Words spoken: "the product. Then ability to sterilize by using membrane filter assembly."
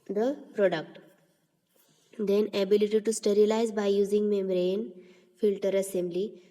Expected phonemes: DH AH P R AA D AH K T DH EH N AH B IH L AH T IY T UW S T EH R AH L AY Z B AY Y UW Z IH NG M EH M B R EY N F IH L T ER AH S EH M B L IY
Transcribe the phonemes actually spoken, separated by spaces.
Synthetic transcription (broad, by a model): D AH P R AA D AH K T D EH N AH B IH L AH T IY T UW S T EH R AH L AY Z B AY Y UW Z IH NG M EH M R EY N F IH L T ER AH S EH M B L IY